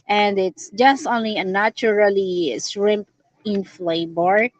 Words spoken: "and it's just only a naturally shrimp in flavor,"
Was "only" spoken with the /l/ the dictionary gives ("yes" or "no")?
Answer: yes